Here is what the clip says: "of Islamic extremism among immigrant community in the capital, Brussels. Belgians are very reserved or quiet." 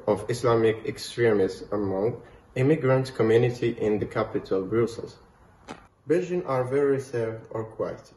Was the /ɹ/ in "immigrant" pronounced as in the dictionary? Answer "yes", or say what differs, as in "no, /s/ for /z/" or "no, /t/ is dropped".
yes